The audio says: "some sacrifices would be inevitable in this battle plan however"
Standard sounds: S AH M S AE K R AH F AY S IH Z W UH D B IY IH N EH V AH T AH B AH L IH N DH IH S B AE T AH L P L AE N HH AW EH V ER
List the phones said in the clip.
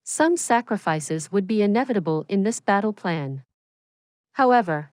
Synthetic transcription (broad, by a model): S AH M S AE K R AH F AY S IH Z W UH D B IY IH N EH V AH T AH B AH L IH N DH IH S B AE T L P L AE N HH AW EH V ER